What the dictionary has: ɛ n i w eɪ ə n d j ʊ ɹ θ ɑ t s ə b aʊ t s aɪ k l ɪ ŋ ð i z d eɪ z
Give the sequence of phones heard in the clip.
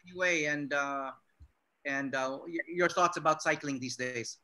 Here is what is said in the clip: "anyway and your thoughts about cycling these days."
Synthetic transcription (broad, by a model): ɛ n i w eɪ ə n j j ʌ ɹ θ ɑ t s ə b aʊ t s aɪ k l ɪ ŋ ð i z d eɪ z